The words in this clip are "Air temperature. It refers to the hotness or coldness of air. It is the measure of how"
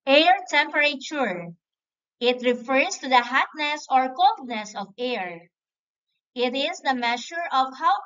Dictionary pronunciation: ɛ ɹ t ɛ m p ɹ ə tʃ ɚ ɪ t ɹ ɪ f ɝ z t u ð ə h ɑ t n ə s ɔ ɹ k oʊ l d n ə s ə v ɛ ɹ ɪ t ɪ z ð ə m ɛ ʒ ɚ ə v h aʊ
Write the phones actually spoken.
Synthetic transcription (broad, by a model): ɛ ɹ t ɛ m p ɹ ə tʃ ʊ ɪ t ɹ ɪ f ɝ s t u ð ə h ɑ t n ə s ɔ ɹ k oʊ l d n ə s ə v ɛ ɹ ɪ t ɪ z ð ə m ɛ ʃ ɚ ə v h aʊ